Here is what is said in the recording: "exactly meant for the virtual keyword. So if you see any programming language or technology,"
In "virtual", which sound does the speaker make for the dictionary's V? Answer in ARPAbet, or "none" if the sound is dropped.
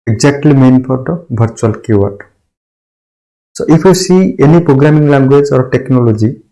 B